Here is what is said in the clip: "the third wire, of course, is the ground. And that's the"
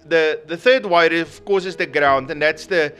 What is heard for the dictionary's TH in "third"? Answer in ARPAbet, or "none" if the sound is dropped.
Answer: TH